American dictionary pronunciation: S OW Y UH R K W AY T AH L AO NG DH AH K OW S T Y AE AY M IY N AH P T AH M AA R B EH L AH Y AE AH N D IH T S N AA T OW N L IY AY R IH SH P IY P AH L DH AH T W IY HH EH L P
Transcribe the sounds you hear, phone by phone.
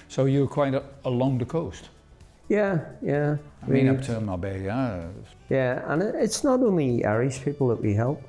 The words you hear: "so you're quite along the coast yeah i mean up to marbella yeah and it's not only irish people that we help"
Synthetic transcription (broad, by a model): S OW Y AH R K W AY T AH L AO NG DH AH K OW S T Y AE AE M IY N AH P T AH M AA B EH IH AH Y AE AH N IH T S N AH T OW N L IY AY R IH S P IY P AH L DH AH T W IY HH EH L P